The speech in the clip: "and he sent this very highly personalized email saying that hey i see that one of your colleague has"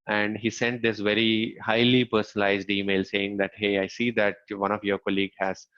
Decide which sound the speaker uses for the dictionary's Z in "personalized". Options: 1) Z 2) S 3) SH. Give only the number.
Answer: 1